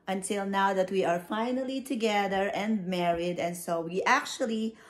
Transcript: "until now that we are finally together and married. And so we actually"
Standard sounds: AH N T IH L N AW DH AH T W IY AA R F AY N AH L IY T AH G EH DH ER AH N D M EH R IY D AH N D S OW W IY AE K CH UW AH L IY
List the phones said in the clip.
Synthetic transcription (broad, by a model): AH N T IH L N AW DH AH T W IY AA R F AY N AH L IY T AH G EH DH ER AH N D M EH R IY D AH N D S OW W IY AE K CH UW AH L IY